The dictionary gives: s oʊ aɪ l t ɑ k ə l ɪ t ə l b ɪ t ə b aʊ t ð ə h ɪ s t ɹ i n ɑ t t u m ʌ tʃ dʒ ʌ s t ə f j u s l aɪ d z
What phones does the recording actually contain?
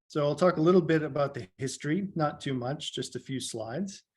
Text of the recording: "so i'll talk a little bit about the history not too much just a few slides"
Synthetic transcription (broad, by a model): s oʊ aɪ l t ɑ k ə l ɪ t l b ɪ t ə b aʊ t ð ə h ɪ s t ɹ i n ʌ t t u m ʌ tʃ dʒ ʌ s t ə f j u s l aɪ d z